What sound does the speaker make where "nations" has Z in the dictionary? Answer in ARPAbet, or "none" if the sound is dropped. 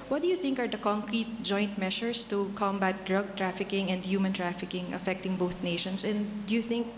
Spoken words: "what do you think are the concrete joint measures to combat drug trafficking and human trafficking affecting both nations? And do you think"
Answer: S